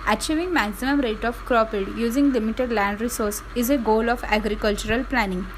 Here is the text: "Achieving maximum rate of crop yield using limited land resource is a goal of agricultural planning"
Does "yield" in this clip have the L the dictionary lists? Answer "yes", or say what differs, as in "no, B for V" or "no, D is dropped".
no, L is dropped